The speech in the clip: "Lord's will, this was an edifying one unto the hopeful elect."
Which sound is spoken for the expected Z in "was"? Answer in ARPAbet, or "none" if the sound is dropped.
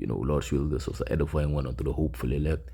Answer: S